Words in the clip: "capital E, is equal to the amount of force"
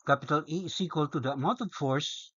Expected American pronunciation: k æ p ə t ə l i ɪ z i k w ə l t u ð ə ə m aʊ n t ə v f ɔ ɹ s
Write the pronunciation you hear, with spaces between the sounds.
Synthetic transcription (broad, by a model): k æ p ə t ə l i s i k w ə l t u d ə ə m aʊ t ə f ɔ ɹ s